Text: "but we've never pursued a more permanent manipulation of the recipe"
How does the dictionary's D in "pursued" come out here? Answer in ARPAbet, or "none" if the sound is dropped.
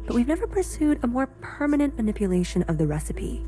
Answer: D